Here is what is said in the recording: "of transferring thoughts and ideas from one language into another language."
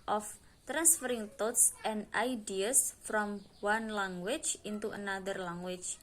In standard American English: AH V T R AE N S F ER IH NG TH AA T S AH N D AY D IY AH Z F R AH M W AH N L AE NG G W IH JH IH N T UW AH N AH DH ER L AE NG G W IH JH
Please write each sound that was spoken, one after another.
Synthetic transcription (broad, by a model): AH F T R AE N S F ER IH NG T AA T S AH N D AY D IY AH S F R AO M W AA N L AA NG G W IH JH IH N T UW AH N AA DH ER L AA NG W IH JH